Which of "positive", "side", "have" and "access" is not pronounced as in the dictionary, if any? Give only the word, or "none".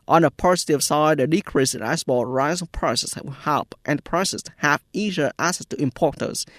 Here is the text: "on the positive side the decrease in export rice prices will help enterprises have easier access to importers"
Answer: positive